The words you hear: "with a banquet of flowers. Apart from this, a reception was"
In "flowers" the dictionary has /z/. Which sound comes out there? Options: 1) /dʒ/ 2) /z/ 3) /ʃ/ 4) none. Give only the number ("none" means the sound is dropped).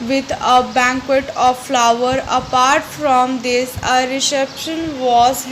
4